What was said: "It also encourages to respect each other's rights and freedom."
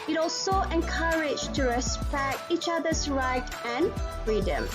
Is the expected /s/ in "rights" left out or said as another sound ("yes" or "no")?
yes